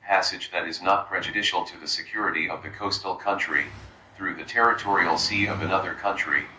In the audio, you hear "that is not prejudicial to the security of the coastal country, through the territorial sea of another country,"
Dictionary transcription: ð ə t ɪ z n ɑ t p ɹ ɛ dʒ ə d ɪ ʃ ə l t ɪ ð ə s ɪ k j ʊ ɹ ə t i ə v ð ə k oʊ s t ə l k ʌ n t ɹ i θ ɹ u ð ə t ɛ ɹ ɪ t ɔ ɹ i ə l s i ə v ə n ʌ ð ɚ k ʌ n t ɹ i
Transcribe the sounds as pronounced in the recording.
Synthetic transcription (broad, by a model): ð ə t ɪ z n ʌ t p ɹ ɛ dʒ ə d ɪ ʃ l t ɪ ð ə s ɪ k j ʊ ɹ ə t i ə v ð ə k oʊ s t l k ʌ n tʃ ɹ i θ ɹ u ð ə t ɛ ɹ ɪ t ɔ ɹ i l s i ə v ə n ʌ ð ɚ k ʌ n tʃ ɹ i